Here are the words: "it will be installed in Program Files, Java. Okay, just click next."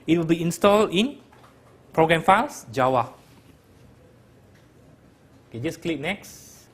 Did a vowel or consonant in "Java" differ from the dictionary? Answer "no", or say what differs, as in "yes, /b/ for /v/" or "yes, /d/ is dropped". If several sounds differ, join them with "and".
yes, /w/ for /v/